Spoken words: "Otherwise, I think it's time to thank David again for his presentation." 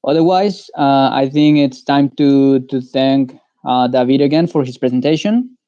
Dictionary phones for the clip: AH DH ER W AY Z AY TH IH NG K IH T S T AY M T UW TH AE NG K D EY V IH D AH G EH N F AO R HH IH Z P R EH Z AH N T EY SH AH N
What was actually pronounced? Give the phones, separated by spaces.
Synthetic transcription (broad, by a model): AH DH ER W AY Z AY TH IH NG K IH T S T AY M T UW TH AE NG K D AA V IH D AH G EH N F AO R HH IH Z P R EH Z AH N T EY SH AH N